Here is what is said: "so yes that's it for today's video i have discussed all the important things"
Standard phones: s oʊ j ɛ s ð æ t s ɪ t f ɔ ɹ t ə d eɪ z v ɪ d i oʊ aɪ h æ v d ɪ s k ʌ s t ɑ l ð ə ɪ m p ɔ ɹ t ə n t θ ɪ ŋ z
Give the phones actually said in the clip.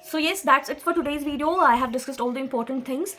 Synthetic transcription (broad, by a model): s oʊ j ɛ s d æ t s ɪ t f ɔ ɹ t ə d eɪ z v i d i oʊ aɪ h æ v d ɪ s k ʌ s t ɑ l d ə ɪ m p ɔ ɹ t ə n t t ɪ ŋ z